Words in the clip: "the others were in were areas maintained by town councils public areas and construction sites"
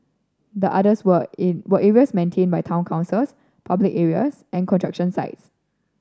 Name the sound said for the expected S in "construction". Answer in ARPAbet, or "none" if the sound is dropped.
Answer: none